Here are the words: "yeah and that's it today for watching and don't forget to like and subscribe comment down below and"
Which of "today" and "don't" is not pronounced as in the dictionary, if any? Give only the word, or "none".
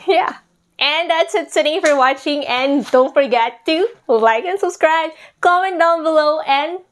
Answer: today